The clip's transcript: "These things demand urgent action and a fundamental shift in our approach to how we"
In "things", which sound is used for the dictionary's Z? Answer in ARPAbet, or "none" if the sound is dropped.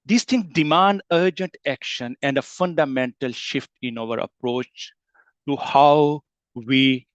none